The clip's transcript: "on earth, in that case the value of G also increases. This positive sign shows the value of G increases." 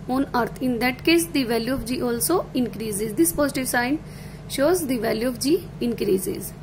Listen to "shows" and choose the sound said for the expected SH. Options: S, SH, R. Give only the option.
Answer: SH